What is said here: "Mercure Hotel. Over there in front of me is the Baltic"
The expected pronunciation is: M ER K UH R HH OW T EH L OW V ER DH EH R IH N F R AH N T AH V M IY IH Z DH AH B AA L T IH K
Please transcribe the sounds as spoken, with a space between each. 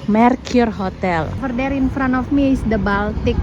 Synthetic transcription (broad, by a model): M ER K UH R HH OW T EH L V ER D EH R IH N F R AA N AH F M IY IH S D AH B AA L T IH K